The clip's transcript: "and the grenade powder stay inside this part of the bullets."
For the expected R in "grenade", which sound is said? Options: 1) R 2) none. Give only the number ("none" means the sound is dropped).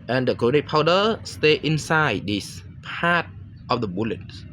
2